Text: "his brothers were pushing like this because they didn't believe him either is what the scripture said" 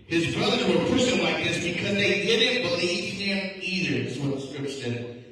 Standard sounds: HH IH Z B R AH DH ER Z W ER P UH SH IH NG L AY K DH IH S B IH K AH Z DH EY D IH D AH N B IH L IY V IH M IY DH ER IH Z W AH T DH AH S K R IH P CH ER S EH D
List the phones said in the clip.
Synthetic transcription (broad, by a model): HH IH Z B R AH DH ER Z W ER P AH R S L AY K DH IH S B IH K AH Z DH EY D IH D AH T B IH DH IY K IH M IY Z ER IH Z W AH T DH AH S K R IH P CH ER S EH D